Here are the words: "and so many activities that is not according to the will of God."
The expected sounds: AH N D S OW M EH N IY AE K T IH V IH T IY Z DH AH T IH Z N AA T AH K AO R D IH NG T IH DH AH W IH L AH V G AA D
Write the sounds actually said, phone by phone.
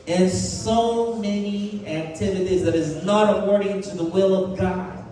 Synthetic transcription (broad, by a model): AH N S OW M EH N IY AE K T IH V IH T IY Z DH AH T IH Z N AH T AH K AO R D IH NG T IH DH AH W IH L AH V G AA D